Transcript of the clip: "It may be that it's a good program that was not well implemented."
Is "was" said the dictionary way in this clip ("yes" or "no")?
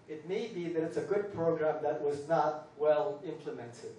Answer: yes